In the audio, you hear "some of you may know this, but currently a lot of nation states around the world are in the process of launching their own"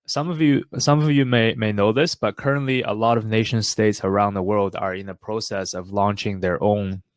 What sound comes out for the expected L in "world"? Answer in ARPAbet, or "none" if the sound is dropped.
L